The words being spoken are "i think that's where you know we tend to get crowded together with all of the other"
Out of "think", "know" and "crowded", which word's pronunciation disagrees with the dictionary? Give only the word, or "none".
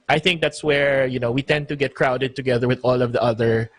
none